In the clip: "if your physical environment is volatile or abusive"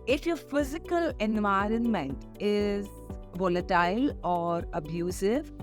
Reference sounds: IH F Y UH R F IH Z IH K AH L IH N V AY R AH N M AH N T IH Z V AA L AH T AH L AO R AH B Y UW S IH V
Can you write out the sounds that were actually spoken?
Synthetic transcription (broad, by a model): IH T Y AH F IH Z IH K AH L IH N V AY R AH N M AH N T IH Z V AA L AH T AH L AO R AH B Y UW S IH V